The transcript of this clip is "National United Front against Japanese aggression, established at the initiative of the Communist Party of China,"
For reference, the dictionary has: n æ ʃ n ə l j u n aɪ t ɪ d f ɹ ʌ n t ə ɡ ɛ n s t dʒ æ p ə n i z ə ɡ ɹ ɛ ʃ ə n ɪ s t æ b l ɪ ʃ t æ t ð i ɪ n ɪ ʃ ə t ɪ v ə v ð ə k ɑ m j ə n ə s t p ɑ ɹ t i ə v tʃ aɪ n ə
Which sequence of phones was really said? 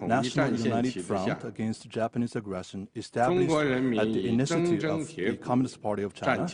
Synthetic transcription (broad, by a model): n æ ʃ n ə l j u n aɪ t ɪ d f ɹ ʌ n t ə ɡ ɛ n s t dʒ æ p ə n i z ə ɡ ɹ ɛ ʃ ə n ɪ s t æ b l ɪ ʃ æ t ð i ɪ n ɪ s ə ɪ ə v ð k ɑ m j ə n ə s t p ɑ ɹ t i ə v tʃ aɪ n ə